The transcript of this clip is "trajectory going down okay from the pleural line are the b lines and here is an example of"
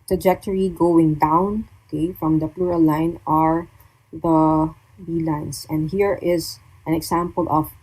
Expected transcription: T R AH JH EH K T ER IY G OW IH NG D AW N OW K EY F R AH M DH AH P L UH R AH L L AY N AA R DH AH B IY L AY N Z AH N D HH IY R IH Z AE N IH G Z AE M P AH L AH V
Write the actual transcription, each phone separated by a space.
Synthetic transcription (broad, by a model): T R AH JH EH K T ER IY G OW IH NG D AW N OW K EY F R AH M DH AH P L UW R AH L L AY N AA R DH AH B IY L AY N S AH N D HH IY R IH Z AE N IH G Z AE M P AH L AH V